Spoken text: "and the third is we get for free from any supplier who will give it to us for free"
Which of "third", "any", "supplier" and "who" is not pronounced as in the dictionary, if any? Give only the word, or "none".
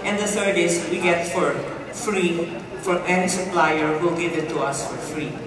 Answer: third